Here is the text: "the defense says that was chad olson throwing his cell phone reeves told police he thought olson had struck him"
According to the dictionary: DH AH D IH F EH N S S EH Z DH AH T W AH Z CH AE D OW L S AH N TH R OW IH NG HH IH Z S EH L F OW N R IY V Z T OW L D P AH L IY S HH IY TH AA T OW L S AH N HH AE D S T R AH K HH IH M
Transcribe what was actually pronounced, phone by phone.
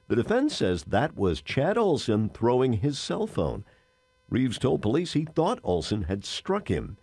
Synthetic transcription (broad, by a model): DH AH D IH F EH N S S EH Z DH AH T W AH Z CH AE D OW L S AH N TH R OW IH NG IH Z S EH L F OW N R IY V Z T OW L D P AH L IY S HH IY TH AA T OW L S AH N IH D S T R AH K HH IH M